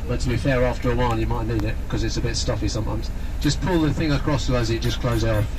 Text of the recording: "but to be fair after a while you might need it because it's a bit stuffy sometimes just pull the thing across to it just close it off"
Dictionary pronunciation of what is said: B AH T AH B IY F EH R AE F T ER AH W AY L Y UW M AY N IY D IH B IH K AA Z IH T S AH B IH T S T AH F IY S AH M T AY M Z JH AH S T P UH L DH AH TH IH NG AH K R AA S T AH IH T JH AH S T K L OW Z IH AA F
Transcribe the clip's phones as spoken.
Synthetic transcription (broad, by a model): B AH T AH B IY F EH R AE F T ER AH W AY N Y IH M AY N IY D IH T K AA Z IH T S AH B IH T S T AH F IY S AH M T AY M Z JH AH S P UH L DH AH TH IH NG AH K R AA S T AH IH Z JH AH S K L OW Z IH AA